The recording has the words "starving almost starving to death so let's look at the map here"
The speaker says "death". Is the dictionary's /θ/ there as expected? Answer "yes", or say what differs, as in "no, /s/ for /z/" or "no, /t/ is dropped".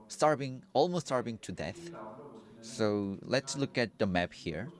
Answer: yes